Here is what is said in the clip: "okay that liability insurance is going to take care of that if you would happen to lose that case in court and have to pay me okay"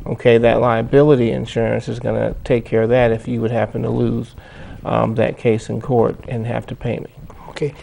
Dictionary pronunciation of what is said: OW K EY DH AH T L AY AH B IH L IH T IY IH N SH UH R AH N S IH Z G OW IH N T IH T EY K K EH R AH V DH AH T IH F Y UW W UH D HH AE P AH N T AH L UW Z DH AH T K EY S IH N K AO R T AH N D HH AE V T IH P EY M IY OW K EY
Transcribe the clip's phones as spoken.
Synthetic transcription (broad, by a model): OW K EY DH AH T L AY AH B IH L IH T IY IH N SH UH R AH N S IH Z G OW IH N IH T EY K K EH R AH V DH AH T IH F Y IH W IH D HH AE P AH N T AH L UW Z DH AH T K EY S IH N K AO R T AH N HH AE F T IH P EY M IY OW K EY